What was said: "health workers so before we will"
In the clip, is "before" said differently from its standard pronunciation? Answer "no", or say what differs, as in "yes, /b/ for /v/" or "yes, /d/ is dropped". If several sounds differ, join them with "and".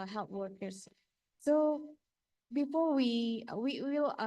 yes, /w/ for /ɹ/